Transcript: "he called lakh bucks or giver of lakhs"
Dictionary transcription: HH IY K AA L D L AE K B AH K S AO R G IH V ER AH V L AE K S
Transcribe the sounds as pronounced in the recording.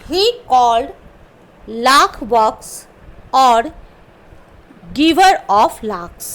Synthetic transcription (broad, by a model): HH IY K AA L D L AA K B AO K S AO R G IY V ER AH P L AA K S